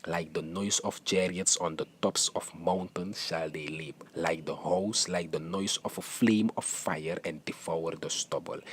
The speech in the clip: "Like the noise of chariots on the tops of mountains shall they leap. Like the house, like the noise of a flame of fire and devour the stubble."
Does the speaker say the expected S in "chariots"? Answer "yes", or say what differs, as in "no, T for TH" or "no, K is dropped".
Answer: yes